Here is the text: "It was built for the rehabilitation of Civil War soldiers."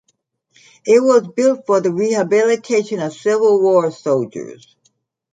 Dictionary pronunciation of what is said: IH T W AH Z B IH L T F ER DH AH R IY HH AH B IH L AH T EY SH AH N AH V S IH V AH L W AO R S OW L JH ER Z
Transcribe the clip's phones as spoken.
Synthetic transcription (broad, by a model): IH T W AH Z B IH L T F ER DH AH R IY HH AH B IH L AH T EY SH AH N AH V S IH V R L W AO R S OW L JH ER Z